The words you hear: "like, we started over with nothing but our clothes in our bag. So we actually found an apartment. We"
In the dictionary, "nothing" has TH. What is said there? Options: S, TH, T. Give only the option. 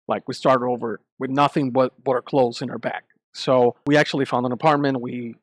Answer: TH